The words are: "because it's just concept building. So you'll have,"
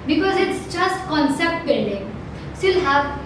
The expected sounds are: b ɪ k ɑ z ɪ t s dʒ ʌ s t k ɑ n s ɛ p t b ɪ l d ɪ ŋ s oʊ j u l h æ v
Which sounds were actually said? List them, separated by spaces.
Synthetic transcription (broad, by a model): b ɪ k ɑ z ɪ t s dʒ ʌ s t k ɑ n s ɛ p t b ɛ n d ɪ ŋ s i l h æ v